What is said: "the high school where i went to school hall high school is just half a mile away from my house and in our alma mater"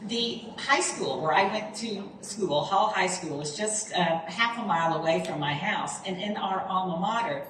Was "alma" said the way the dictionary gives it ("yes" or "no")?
no